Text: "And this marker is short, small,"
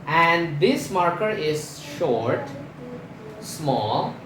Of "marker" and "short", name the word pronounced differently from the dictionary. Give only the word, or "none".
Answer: none